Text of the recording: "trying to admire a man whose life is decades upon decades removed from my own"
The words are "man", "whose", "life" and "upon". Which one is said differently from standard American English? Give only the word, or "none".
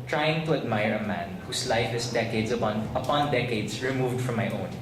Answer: whose